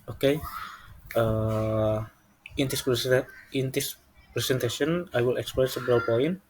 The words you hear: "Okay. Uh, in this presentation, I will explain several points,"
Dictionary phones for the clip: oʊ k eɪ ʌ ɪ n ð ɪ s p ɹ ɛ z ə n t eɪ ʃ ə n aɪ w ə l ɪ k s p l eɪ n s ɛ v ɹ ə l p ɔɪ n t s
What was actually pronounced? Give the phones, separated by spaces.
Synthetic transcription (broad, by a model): oʊ k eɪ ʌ ɪ n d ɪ s p ɹ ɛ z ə n t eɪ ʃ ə n aɪ w ə l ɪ k s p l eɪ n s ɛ b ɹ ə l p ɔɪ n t